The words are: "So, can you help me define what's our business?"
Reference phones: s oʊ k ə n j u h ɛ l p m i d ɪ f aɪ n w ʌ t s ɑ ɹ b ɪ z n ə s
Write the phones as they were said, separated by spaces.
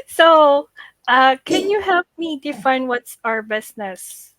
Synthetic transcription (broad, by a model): s oʊ k ə n j u h ɛ l p m i d ɪ f aɪ n w ʌ t s ɑ ɹ b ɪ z n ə s